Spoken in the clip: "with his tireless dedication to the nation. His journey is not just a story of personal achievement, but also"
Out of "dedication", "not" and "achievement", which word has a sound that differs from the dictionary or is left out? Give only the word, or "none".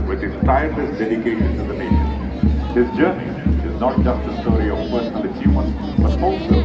achievement